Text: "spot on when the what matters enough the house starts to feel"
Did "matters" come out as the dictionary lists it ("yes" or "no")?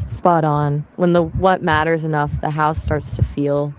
yes